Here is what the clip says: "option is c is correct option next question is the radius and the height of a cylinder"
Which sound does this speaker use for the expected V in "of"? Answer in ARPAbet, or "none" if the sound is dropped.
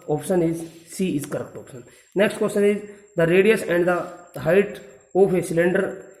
P